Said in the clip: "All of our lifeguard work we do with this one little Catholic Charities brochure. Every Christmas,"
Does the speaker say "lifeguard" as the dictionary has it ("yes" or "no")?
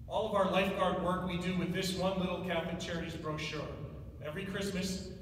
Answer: yes